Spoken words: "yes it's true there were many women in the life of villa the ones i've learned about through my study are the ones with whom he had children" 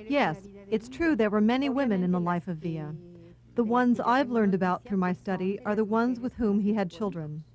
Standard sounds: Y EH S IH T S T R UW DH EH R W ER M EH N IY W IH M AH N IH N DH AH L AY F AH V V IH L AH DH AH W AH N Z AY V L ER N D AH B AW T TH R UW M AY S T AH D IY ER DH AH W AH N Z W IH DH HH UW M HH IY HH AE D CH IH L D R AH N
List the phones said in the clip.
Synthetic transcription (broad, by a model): Y EH S IH T S T R UW DH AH R W ER M EH N IY W IH M AH N IH N DH AH L AY F AH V V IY AH DH AH W AH N Z AY V L ER N D AH B AW T TH R UW M AY S T AH D IY ER DH AH W AH N Z W IH DH HH UW M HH IY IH D CH IH L D R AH N